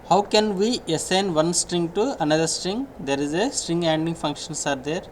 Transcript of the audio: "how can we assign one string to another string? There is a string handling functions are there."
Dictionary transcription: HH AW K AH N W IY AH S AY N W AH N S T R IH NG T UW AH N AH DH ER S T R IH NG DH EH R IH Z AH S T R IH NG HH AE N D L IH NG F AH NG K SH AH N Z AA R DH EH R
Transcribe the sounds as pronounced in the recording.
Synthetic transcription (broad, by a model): HH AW K AH N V IY AH S AY N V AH N S T R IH NG T UW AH N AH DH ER S T R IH NG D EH R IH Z AH S T R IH NG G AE N D IH NG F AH NG K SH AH N S AA R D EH R